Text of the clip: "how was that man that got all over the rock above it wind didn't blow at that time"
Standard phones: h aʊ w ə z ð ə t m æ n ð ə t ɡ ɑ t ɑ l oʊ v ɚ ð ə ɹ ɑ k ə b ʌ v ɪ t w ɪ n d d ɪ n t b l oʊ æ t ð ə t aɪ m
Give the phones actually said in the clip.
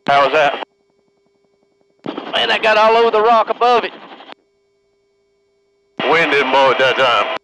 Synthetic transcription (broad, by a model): h aʊ w ə z ð ə t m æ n ð ə t ɡ ɑ t ɑ l oʊ v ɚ ð ə ɹ ɑ k ə b ʌ v ɪ t w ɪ n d d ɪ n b oʊ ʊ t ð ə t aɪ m